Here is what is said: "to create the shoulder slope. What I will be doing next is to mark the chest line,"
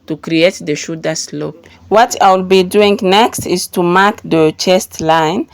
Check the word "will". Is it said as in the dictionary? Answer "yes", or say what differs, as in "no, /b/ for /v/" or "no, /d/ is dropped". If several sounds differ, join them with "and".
yes